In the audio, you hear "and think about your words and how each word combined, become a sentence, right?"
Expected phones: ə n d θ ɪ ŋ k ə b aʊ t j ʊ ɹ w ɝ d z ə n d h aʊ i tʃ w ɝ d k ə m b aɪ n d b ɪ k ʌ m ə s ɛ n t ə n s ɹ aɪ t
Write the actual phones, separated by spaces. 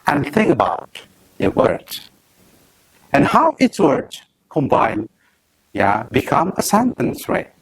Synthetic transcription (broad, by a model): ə n θ ɪ ŋ k ə b aʊ t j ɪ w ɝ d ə n h aʊ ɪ s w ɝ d k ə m b aɪ n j b ɪ k ʌ m ə s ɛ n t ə n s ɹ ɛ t